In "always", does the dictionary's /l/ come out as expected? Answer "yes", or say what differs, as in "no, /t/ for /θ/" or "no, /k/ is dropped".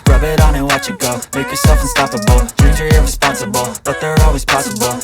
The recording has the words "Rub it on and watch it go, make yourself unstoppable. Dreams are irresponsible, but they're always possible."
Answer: yes